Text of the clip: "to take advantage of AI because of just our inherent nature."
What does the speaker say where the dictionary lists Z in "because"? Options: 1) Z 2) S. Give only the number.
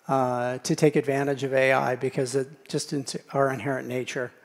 1